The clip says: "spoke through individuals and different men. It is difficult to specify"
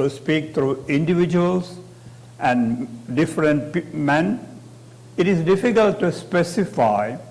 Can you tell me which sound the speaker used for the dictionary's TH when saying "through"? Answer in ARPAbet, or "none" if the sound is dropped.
T